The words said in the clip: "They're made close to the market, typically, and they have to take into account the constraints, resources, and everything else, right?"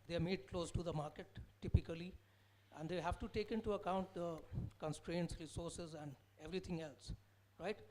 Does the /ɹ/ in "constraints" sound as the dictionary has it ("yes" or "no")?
yes